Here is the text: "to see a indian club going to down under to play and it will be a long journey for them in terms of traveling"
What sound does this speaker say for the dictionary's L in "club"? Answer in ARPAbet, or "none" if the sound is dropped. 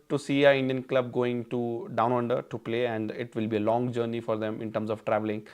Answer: L